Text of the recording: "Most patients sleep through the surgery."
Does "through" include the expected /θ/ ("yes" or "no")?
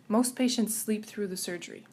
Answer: yes